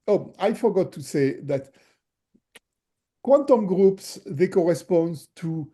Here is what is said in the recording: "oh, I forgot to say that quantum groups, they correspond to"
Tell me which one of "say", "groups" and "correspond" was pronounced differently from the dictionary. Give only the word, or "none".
none